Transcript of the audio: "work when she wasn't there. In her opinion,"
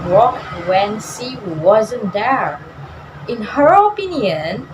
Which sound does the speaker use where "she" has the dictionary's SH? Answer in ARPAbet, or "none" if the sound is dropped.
S